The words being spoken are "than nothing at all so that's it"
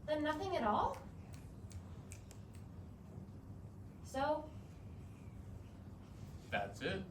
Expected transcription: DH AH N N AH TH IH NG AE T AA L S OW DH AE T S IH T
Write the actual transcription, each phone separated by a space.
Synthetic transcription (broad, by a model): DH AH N N AH TH IH NG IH T AA L S OW DH AE T S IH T